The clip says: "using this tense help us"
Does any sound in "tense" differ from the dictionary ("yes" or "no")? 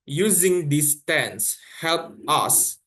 no